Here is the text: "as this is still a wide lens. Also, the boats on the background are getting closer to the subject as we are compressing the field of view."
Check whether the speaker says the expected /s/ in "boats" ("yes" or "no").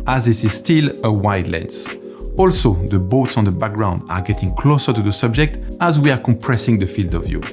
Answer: yes